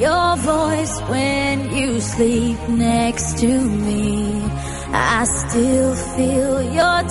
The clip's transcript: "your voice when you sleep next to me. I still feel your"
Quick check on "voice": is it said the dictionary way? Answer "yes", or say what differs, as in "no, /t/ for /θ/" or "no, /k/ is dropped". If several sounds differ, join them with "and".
yes